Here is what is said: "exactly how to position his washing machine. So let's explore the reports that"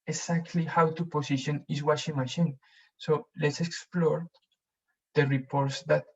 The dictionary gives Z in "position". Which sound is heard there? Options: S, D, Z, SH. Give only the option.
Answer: S